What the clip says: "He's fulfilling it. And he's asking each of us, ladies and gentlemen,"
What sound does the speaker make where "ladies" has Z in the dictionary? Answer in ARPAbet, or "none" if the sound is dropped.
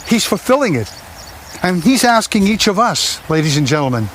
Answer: Z